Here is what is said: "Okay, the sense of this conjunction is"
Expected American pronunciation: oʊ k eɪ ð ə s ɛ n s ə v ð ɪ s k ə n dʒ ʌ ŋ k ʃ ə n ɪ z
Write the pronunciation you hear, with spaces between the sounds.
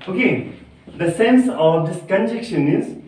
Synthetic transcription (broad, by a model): oʊ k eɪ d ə s ɛ n s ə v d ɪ s k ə n dʒ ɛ k ʃ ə n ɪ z